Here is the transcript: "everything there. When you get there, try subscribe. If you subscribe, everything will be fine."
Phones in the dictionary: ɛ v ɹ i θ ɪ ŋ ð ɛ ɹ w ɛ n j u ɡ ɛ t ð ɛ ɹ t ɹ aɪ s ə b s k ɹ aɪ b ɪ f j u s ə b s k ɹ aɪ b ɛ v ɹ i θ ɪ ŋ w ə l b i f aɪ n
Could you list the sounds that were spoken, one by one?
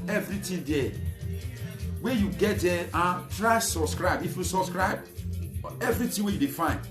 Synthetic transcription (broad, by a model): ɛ v ɹ i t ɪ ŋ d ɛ w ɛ j u ɡ ɛ t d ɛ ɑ t ɹ aɪ s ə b s k ɹ aɪ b ɪ f j u s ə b s k ɹ aɪ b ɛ v ɹ i t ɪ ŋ w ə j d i f aɪ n